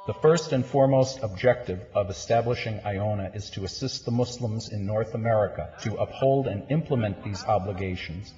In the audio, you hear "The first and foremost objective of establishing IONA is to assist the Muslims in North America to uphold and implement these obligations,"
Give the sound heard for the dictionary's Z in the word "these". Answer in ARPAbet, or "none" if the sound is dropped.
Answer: Z